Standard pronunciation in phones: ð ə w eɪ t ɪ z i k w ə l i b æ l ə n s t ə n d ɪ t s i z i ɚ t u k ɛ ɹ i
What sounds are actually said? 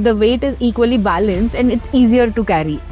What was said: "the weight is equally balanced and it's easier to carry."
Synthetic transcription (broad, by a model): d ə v eɪ t ɪ z i k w ə l i b æ l ə n s t ə n d ɪ t s i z i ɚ t u k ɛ ɹ i